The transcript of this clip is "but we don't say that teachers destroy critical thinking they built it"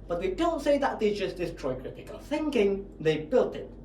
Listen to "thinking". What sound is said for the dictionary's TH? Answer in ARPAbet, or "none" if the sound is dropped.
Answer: TH